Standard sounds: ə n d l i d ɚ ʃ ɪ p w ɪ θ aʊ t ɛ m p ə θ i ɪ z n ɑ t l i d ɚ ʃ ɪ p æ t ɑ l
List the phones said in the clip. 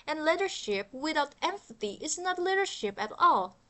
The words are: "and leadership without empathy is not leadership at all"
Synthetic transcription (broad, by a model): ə n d l i d ɚ ʃ ɪ p w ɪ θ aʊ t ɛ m f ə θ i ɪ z n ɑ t l i d ɚ ʃ ɪ p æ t ɑ l